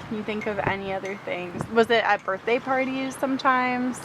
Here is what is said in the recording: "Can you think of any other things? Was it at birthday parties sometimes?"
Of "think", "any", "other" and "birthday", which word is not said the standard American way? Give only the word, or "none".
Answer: none